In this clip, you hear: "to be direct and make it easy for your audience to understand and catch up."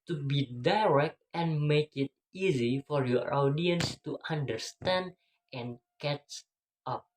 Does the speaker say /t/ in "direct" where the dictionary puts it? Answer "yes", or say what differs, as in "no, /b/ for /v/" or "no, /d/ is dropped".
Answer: yes